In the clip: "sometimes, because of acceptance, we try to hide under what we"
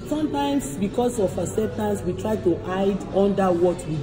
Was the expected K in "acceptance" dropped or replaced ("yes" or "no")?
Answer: yes